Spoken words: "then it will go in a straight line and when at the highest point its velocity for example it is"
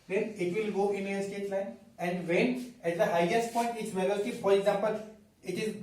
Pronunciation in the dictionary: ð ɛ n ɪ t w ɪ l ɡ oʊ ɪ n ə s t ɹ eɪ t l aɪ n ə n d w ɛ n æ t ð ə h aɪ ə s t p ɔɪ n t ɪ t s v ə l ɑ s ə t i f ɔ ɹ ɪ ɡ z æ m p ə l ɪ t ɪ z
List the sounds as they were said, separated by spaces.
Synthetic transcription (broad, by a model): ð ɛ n ɪ t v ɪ l ɡ oʊ ɪ n ə s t eɪ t l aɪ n ə n d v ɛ n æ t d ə h aɪ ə s t p ɔɪ n t ɪ t s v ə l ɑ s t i f ɔ ɹ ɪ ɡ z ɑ m p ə l ɪ t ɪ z